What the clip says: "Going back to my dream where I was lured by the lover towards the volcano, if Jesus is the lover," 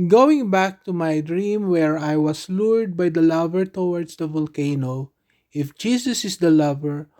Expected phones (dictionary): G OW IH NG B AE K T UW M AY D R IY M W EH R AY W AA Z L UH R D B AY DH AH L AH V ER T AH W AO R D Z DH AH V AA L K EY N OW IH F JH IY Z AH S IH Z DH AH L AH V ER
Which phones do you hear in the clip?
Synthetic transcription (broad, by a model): G OW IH NG B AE K T UW M AY D R IY M W EH R AY W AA S L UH R D B AY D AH L AH V ER T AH W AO R D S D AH V AA L K EY N OW IH F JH IY S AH S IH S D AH L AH V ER